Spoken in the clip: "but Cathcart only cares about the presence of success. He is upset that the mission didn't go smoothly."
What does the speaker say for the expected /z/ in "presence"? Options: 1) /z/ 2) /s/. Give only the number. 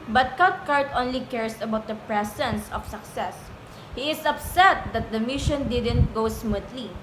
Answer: 2